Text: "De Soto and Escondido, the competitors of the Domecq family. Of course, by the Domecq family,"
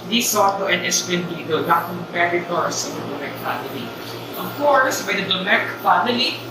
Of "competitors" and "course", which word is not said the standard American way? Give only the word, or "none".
competitors